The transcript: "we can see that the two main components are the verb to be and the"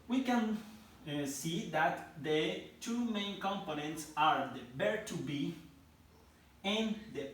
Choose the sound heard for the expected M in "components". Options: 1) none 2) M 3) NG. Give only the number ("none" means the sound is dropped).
2